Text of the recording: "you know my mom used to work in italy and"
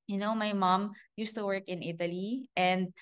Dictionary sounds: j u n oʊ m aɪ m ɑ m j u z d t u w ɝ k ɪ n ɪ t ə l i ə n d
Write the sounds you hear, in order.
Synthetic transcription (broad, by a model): j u n oʊ m aɪ m ɑ m j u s t u w ɝ k ɪ n ɪ t ə l i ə n d